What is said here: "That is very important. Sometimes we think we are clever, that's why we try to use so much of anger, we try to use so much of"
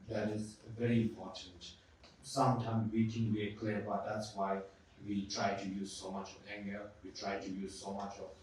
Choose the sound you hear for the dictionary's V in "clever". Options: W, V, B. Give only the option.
B